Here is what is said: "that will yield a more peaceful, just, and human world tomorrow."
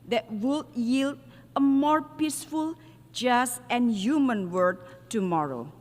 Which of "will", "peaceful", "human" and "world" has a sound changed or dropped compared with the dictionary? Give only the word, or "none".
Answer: world